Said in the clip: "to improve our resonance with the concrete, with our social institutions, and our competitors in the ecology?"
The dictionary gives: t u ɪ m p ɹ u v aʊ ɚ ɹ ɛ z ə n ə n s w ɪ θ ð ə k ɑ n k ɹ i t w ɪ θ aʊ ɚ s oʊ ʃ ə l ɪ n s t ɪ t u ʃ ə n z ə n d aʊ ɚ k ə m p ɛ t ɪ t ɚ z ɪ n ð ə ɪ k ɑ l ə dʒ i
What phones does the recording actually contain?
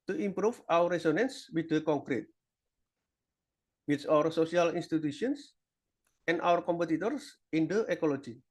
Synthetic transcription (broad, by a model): t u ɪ m p ɹ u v aʊ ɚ ɹ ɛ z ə n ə n s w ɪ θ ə k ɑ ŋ k ɹ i t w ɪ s aʊ ɚ s oʊ s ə l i n s t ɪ t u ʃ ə n s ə n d aʊ ɚ k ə m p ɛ t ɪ t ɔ s ɪ n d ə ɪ k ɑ l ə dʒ i